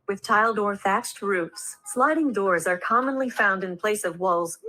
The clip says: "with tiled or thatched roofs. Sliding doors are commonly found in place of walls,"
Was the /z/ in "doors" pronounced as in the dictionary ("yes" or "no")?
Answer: yes